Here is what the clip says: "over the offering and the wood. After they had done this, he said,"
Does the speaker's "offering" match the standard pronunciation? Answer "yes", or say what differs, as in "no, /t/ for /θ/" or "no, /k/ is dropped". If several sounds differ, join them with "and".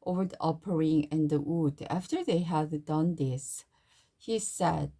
no, /p/ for /f/